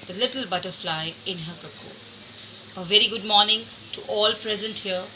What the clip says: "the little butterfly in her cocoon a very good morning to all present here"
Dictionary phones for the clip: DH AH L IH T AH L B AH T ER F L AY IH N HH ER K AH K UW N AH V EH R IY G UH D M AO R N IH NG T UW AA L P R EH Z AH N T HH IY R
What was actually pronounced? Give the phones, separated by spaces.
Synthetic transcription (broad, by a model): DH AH L IH T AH L B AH T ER F L AY IH N HH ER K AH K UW AH V EH R IY G UH D M AO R N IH NG T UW AA L P R EH Z AH N T HH IY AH